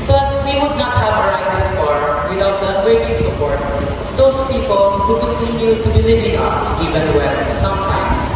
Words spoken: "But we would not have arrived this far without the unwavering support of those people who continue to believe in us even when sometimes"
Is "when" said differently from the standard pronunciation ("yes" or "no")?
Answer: yes